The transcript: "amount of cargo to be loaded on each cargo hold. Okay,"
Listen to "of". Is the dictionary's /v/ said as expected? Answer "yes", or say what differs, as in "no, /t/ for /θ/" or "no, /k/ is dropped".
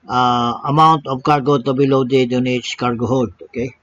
no, /p/ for /v/